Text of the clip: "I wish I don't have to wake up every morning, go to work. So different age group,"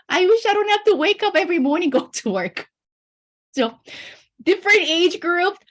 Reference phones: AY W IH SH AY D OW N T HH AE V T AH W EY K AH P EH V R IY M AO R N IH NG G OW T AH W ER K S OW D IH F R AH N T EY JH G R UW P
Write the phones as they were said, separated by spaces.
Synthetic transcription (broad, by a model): AY W IH SH AY D OW N T HH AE F T AH W EY K AH P EH V R IY M AO R N IH NG G OW T AH W ER K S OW D IH F R AH N T EY JH G R UW P